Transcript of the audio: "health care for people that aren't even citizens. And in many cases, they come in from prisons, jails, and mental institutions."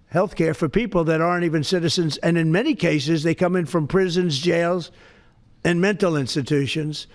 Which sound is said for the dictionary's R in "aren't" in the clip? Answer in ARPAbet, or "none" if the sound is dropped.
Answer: R